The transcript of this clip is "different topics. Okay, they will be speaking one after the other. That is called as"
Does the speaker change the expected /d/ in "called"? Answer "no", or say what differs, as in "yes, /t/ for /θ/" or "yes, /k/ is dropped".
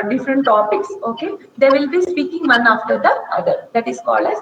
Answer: no